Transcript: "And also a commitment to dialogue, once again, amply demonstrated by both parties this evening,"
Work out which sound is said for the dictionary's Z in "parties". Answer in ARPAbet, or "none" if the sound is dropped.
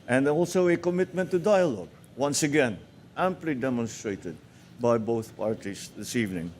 S